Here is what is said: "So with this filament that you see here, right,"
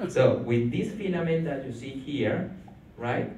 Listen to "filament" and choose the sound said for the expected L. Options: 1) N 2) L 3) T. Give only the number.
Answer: 1